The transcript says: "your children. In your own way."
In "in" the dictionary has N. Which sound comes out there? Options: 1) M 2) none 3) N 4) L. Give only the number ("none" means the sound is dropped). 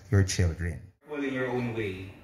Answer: 4